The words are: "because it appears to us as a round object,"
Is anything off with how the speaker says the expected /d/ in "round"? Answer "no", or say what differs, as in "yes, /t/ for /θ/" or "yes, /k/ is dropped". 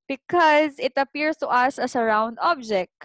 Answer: no